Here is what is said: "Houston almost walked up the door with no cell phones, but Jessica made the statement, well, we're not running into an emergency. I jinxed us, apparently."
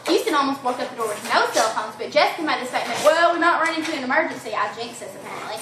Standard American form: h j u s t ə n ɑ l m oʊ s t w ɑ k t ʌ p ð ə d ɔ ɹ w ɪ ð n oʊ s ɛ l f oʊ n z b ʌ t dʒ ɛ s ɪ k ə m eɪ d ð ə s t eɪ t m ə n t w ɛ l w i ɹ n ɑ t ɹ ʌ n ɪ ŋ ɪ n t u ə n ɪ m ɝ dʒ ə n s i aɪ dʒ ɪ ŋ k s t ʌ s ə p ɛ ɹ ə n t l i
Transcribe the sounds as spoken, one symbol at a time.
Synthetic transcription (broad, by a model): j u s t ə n ɑ l m oʊ s t w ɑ k ʌ p ð ə d ɔ ɹ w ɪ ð n oʊ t ɛ l f oʊ n z b ʌ t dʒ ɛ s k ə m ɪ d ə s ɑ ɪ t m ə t w ɛ l w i ɹ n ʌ t ɹ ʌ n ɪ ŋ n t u ə n ɪ m ɝ dʒ ə n s i aɪ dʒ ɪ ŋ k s ʌ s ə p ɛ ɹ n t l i